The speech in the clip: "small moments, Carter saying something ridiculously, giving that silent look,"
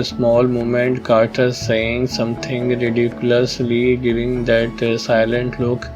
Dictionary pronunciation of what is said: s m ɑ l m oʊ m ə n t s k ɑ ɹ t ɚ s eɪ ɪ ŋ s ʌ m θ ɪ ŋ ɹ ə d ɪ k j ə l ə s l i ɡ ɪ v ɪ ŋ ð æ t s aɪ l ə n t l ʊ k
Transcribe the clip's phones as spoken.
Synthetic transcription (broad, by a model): s m ɑ l m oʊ m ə n t k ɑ ɹ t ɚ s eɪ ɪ ŋ s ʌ m t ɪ ŋ ɹ ə d ɪ k j ə l ə s l i ɡ ɪ v ɪ ŋ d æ t s aɪ l ə n t l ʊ k